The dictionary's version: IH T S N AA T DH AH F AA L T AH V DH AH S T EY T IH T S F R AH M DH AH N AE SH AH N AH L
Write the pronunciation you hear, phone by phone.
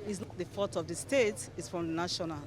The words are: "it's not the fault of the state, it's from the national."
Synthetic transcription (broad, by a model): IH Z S N AA T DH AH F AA T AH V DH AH S T EY T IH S F R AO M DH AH N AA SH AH N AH L